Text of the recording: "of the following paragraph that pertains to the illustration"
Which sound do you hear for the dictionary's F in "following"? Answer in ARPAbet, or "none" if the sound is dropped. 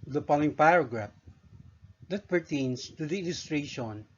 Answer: P